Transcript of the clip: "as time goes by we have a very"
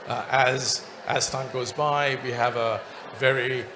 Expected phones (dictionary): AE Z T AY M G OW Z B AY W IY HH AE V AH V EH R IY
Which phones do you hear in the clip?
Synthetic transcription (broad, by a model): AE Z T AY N G OW Z B AY W IY HH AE V AH V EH R IY